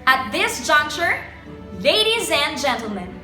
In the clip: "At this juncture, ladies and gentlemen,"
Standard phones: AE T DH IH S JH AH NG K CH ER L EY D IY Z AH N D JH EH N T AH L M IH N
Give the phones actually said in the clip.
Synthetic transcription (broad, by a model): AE T DH IH S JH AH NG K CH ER L EY D IY Z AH N JH EH N T L M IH N